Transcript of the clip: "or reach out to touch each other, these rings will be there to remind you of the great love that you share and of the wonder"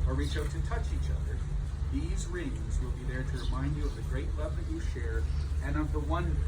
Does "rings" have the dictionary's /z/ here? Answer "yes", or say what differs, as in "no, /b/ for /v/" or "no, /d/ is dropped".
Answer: yes